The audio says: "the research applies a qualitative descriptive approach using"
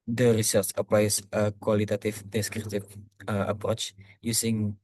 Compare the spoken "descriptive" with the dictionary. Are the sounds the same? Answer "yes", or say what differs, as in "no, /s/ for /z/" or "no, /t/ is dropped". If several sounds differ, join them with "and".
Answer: no, /p/ is dropped